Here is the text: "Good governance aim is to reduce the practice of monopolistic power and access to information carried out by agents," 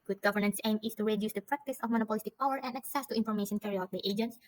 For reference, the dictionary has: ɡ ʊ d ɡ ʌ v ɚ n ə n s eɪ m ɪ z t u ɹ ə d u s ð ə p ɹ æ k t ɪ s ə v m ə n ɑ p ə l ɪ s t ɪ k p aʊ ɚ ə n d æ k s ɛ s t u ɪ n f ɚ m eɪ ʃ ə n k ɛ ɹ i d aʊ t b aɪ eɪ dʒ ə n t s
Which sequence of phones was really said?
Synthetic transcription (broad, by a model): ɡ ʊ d ɡ ʌ v ɚ n ə n s eɪ m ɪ s t u ɹ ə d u s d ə p ɹ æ k t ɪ s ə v m ə n ɑ p ə l ɪ s t ɪ k p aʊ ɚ ə n d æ k s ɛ s t u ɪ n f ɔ m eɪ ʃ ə n k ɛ ɹ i aʊ t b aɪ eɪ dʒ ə n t s